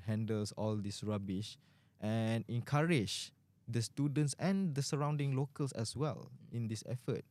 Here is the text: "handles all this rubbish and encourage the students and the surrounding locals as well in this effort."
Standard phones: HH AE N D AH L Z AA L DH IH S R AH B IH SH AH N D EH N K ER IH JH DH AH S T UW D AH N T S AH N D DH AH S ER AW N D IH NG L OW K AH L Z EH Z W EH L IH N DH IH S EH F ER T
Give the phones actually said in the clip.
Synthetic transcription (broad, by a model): HH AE N D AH L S AA L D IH S R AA B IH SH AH N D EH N K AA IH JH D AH S T UW D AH N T S AH N D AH S ER AW N D IH NG L OW K AH L S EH S W EH L IH N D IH S EH F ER T